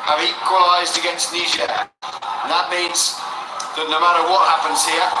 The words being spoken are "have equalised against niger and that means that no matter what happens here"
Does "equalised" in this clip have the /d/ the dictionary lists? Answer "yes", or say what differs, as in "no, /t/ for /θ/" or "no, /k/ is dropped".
yes